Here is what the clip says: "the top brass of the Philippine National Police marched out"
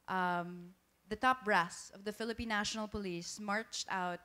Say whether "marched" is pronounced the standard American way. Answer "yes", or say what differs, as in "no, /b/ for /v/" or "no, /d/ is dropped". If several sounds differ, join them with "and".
yes